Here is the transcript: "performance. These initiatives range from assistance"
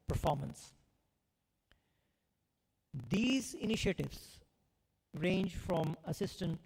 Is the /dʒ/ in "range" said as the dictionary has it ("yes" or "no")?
yes